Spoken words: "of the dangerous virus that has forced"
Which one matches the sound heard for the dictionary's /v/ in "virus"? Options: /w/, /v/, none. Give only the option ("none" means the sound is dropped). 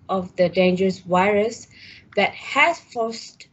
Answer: /w/